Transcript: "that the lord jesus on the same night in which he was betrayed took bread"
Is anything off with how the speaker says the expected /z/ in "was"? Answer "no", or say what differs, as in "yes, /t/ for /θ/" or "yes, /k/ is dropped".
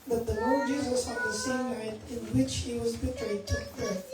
no